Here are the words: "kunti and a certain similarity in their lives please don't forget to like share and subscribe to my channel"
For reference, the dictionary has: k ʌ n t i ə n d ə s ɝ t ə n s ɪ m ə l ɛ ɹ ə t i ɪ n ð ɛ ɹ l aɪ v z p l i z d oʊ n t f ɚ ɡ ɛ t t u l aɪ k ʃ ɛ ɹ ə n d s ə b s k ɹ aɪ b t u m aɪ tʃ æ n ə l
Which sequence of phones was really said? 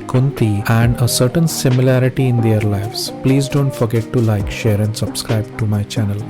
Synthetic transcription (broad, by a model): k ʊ n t i ə n d ə s ɝ t ə n s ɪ m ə l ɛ ɹ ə t i ɪ n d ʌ ɹ l aɪ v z p l i z d oʊ n t f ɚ ɡ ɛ t t u l aɪ k ʃ ɛ ɹ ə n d s ə b s k ɹ aɪ b t u m aɪ tʃ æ n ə l